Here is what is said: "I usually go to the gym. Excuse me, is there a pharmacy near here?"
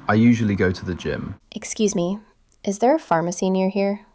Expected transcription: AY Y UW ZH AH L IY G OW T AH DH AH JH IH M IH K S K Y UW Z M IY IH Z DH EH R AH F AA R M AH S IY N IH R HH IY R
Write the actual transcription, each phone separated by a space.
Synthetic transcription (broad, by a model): AY Y UW ZH AH L IY G OW T AH DH AH JH IH M IH K S K Y UW Z M IY IH Z DH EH R AH F AA R M AH S IY N IH R HH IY R